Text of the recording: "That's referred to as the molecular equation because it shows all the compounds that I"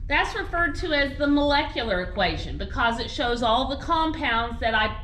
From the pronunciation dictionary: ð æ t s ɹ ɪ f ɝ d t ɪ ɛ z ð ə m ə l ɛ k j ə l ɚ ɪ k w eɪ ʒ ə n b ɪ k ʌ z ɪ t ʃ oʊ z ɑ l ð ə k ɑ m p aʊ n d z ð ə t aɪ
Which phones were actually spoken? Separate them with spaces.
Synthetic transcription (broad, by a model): ð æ t s ɹ ɪ f ɝ d t ɪ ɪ z ð ə m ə l ɛ k j l ɚ ɪ k w eɪ ʒ ə n b ɪ k ʌ z ɪ t ʃ oʊ z ɑ l ð ə k ɑ m p aʊ n d z ð ə t aɪ